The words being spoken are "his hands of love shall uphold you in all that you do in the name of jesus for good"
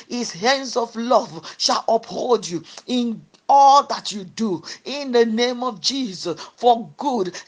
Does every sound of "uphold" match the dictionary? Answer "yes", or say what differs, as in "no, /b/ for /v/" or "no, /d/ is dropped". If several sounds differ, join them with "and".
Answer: yes